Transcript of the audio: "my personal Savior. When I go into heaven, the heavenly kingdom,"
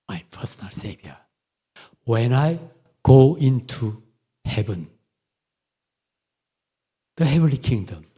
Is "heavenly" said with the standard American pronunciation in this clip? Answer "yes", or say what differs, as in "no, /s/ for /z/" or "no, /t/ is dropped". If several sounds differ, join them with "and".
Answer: yes